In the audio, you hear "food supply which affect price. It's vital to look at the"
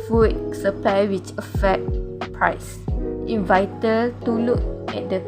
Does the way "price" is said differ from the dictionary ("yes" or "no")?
no